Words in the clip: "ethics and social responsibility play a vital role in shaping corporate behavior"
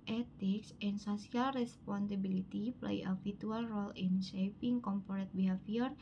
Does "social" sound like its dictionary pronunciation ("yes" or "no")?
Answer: no